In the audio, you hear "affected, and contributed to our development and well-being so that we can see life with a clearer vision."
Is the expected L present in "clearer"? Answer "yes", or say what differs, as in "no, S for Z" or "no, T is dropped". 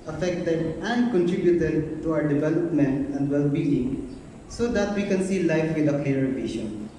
no, L is dropped